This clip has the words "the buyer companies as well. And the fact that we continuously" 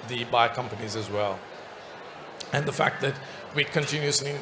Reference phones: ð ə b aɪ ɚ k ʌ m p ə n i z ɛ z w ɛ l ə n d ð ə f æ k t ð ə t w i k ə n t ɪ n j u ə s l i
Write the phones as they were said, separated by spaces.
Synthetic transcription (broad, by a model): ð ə b aɪ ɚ k ʌ m p ə n i z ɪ z w ɛ l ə n ð ə f æ k t ð ə t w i k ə n t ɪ n j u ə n